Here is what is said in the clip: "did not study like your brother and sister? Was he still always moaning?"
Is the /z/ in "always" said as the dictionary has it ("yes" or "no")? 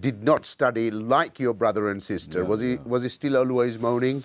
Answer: yes